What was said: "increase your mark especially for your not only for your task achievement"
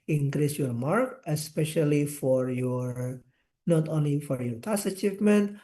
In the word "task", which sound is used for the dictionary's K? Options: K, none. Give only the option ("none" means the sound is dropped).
none